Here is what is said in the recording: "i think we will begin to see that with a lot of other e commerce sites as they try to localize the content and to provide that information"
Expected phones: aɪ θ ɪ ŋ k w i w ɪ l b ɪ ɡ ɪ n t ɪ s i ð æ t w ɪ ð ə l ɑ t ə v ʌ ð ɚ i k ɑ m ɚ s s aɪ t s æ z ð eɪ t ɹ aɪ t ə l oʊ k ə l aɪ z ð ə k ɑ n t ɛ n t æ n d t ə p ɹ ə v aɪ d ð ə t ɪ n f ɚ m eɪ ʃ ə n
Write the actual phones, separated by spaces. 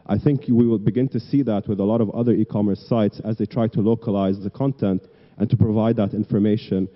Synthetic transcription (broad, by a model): aɪ θ ɪ ŋ k w i w ɪ l b ɪ ɡ ɪ n t ɪ s i ð æ t w ɪ ð ə l ɑ t ə v ʌ ð ɚ i k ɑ m ɚ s s aɪ t s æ z ð eɪ t ɹ aɪ t ə l oʊ k ə l aɪ z ð ə k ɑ n t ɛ n t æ n t ə p ɹ ə v aɪ d ð ə t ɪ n f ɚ m eɪ ʃ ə n